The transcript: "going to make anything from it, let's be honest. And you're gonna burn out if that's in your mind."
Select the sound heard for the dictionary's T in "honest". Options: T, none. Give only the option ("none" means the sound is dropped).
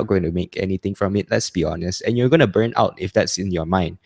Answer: T